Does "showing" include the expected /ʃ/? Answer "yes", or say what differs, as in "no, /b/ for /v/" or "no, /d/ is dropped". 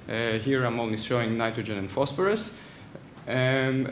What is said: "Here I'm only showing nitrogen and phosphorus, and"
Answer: no, /s/ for /ʃ/